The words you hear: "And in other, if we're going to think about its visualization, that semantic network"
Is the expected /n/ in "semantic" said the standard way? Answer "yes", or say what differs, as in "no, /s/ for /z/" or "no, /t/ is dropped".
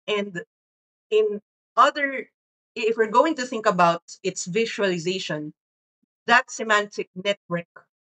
yes